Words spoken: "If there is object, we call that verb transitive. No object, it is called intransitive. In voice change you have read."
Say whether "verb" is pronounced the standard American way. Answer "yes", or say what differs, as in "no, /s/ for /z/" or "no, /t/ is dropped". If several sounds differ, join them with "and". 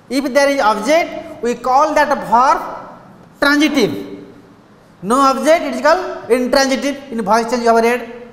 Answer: no, /p/ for /v/